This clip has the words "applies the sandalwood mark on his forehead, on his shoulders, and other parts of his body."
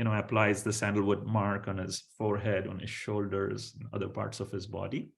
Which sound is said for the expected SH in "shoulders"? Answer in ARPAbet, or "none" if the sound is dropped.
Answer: SH